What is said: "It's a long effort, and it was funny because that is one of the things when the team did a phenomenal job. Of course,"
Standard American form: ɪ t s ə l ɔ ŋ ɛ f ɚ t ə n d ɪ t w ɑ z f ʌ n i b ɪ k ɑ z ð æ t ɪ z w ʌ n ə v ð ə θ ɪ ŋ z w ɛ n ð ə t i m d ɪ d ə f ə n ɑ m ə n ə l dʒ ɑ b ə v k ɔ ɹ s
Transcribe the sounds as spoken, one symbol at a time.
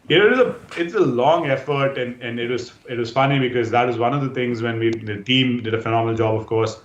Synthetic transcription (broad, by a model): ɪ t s ə l ɔ ŋ ɛ f ɚ t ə n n ɪ t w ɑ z f ʌ n i b ɪ k ɑ z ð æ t ɪ z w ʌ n ə v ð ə t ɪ ŋ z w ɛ n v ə t i m d ɪ d ə f ə n ɑ m ə n ə l dʒ ɑ b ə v k ɔ ɹ s